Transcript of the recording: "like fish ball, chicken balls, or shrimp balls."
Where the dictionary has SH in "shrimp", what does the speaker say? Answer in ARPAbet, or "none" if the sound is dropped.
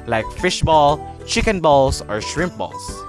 SH